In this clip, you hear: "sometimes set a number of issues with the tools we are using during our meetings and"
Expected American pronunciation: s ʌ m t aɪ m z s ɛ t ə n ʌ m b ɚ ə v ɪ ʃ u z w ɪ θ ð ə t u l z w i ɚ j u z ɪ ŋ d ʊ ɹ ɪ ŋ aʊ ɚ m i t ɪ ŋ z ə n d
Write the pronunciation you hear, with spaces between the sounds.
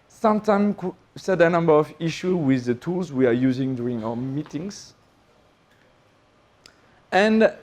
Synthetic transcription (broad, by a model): s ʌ m t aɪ m s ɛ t ə n ʌ m b ɚ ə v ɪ ʃ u w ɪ ð ə t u l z w i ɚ j u z ɪ ŋ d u ɹ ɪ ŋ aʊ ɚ m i t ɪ ŋ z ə n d